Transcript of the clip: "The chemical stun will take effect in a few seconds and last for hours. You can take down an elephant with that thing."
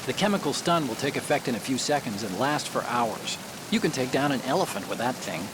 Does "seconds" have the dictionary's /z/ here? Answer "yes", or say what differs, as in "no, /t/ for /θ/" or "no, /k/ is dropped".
yes